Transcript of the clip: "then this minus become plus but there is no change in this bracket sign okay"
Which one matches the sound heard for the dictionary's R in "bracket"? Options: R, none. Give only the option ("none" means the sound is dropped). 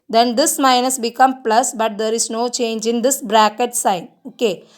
R